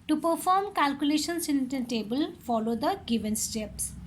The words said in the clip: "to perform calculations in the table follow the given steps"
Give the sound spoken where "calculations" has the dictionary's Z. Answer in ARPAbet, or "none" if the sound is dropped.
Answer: S